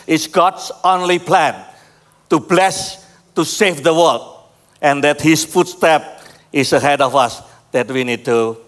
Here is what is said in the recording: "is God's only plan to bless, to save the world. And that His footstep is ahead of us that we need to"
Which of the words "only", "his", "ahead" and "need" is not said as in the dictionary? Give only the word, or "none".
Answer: his